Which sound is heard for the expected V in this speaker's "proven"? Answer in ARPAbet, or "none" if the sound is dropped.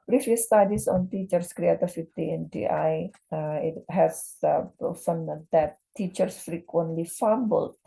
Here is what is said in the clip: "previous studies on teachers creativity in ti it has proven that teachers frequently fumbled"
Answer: F